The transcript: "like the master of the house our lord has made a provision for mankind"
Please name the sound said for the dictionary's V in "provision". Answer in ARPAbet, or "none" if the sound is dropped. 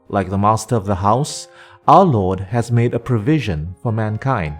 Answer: V